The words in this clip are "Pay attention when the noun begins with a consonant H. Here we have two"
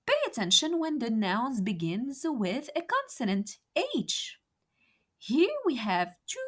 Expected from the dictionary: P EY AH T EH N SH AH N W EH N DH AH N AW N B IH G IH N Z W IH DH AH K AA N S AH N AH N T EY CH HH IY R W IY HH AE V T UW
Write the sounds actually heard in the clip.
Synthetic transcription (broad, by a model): P EY AH T EH N SH AH N W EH N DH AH N AW N B IH G IH N Z W IH DH AH K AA N S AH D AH N T EY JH HH IY R W IY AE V T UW